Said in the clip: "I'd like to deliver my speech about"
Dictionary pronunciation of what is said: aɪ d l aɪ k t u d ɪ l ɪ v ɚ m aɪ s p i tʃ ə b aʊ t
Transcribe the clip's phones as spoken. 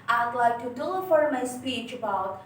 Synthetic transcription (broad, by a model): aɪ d l aɪ k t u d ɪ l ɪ f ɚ m aɪ s p i tʃ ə b aʊ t